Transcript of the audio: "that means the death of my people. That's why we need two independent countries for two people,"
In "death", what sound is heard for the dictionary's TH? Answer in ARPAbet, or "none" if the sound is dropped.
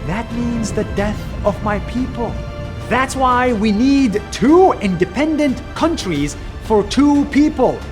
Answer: TH